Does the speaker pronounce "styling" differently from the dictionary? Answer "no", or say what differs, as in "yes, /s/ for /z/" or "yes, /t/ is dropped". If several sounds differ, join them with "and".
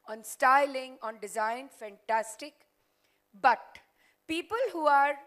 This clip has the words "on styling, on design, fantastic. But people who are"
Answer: no